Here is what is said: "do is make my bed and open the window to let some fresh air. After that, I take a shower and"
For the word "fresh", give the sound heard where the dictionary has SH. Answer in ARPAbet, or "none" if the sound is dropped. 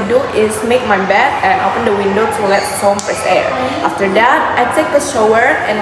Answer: S